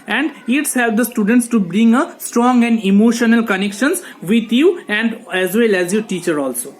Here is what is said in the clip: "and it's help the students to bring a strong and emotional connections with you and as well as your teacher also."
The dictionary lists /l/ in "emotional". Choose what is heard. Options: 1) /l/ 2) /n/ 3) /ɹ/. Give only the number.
1